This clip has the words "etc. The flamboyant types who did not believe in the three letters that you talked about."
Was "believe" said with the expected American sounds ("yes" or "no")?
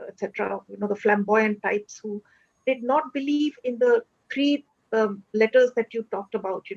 yes